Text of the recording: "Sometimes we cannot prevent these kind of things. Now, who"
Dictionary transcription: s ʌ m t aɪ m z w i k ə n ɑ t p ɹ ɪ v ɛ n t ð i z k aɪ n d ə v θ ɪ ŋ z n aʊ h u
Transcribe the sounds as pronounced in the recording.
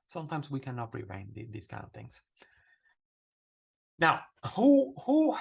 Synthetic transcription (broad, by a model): s ʌ m t aɪ m z w i k ə n ɑ t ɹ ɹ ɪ ɪ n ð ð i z k aɪ n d ə v θ ɪ ŋ z n aʊ h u